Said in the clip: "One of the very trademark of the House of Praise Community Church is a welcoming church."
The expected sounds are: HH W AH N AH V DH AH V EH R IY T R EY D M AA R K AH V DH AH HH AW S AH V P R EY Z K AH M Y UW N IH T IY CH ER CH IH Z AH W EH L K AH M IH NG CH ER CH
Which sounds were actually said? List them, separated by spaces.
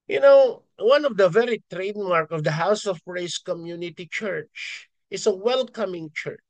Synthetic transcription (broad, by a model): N W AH N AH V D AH V EH R IY T R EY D M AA R K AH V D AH HH AW S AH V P R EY S K AH M Y UW N IH T IY CH ER CH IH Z AH W EH L K AH M IH NG CH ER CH